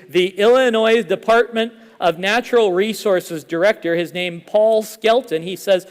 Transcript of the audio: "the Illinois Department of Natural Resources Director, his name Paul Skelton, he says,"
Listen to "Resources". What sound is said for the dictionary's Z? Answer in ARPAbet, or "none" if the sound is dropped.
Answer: Z